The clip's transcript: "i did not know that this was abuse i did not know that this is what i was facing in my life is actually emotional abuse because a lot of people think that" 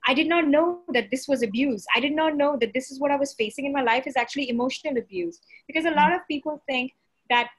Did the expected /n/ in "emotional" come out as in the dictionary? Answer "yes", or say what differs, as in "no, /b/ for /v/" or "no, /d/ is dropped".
yes